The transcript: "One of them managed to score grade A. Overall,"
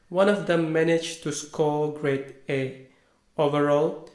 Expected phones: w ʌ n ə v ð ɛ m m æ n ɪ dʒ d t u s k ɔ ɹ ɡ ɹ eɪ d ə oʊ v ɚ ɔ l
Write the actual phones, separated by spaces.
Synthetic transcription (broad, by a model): w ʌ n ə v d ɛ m m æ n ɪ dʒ t u s k ɔ l ɡ ɹ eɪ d ə oʊ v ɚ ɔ l